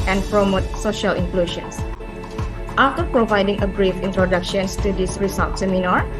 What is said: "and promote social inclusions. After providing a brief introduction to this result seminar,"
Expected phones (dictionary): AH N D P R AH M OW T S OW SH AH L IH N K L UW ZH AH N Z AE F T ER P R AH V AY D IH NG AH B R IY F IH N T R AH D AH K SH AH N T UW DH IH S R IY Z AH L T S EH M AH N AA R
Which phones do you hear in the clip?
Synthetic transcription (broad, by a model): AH N P R AH M OW T S OW SH AH L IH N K L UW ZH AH N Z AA F T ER P R AH V AY D IH NG AH B R IY F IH N T R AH D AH K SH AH N T UW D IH S R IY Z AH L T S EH M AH N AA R